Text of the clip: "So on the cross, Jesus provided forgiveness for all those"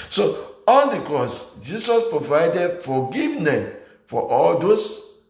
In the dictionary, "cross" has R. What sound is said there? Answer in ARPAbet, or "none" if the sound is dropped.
R